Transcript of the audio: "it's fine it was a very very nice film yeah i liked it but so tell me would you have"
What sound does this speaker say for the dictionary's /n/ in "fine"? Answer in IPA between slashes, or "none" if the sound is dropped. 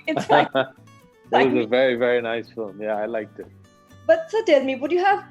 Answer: none